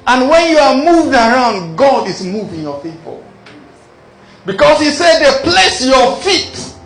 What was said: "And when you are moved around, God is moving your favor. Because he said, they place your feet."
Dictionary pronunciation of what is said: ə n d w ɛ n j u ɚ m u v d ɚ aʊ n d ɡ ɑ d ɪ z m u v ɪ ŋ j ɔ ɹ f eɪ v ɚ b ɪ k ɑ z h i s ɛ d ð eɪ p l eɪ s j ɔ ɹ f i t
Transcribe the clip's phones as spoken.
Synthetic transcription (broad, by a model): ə n w ɛ n j u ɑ m u v d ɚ aʊ n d ɡ ɑ d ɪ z m u v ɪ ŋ j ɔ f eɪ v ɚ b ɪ k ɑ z h i s ɛ d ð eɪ p l eɪ s j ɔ f i t